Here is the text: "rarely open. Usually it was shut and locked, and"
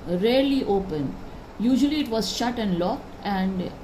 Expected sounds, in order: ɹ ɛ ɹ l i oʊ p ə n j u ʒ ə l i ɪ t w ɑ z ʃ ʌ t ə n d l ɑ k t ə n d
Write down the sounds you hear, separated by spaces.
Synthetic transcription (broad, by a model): ɹ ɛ ɹ l i oʊ p ə n j u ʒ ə l i ɪ t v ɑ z ʃ ʌ t ə n d l ɑ k t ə n d